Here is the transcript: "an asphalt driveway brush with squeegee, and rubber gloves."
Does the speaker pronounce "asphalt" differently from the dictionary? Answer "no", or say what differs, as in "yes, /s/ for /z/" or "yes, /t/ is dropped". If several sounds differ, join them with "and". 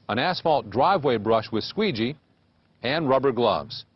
no